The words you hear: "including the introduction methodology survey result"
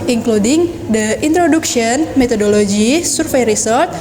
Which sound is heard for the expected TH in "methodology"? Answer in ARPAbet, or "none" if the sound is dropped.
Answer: T